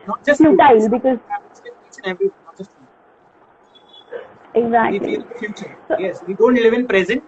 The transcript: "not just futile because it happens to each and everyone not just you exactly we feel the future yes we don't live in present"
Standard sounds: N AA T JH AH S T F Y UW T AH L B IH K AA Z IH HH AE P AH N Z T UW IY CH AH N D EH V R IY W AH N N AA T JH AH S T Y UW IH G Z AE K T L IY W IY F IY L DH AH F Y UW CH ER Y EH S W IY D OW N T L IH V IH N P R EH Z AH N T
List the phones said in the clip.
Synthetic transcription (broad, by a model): N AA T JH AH S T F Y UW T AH L B IH K AA Z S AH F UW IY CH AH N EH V R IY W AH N N AA T JH AH S T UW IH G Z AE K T L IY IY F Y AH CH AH S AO Y EH S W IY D OW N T L IH V IH N P R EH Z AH N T